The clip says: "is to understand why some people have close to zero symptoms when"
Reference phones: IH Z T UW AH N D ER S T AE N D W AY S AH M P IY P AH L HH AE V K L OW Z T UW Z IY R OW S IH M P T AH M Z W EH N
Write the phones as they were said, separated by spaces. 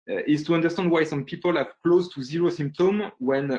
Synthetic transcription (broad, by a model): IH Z T UW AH N D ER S T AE N D W AY S AH M P IY P AH L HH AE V K L OW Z T UW Z IY R OW S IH M P T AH M W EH N